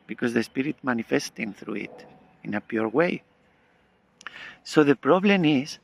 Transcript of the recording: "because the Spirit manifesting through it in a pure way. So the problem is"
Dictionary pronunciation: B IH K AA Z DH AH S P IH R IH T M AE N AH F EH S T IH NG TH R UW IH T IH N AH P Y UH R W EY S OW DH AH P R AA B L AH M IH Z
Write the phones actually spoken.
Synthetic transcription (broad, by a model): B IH K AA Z DH AH S P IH R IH T M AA N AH F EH S T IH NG TH R UW IH T IH N AH P Y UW R W EY S OW DH AH P R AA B L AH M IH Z